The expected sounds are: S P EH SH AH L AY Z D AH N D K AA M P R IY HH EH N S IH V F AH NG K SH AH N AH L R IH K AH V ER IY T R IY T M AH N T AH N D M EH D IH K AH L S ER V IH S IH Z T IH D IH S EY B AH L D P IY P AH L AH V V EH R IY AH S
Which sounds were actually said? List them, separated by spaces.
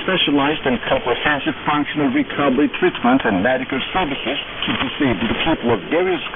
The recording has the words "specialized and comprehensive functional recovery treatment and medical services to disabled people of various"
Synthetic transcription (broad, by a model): P EH SH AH L AY Z D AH N K AA M P R IY HH EH N S IH V F AH NG K SH AH N AH L R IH K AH B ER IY T R IY T M AH N T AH N M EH D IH K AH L S ER V IH S IH Z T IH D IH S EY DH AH P IY P AH L AH V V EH R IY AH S